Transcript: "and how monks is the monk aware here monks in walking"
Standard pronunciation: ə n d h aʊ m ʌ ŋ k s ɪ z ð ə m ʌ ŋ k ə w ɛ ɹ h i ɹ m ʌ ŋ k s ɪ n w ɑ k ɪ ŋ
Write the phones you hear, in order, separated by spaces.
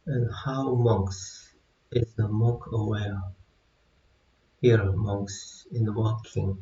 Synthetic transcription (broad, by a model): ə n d h aʊ m ʌ ŋ k s ɪ z ð ə m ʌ k ə w ɛ ɹ h i ɹ m ʌ ŋ k s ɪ n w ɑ k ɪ ŋ